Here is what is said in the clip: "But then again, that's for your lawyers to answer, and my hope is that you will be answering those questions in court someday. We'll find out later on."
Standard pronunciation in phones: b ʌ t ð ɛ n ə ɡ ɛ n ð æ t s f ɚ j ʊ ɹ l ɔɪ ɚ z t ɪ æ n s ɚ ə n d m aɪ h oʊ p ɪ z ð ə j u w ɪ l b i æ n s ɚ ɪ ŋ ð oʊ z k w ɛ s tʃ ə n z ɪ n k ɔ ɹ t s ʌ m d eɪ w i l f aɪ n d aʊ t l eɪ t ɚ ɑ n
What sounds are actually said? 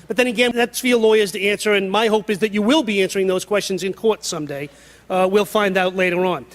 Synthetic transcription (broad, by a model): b ʌ t ð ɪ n ə ɡ ɛ n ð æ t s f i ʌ l ɔɪ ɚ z t ɪ æ n s ɚ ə n m aɪ h oʊ p ɪ z ð ə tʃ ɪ w ɪ l b i æ n s ɚ ɪ ŋ ð oʊ z k w ɛ s tʃ ə n z ɪ n k ɔ ɹ t s ʌ m d eɪ w i l f aɪ n d aʊ t l eɪ t ɚ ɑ n